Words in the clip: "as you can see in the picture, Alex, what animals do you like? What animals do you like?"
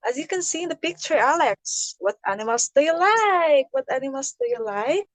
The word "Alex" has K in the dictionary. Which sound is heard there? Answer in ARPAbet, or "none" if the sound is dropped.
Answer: K